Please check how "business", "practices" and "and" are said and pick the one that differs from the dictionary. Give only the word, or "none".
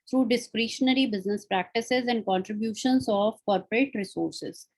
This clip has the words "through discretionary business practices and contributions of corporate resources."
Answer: none